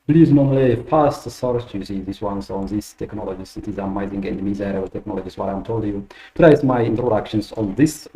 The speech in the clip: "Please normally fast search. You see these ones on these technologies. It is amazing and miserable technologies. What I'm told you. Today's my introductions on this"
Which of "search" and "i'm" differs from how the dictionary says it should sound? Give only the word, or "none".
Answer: search